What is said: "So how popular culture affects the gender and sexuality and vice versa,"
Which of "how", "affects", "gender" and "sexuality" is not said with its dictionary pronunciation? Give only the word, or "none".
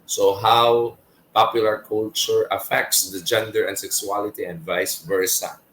sexuality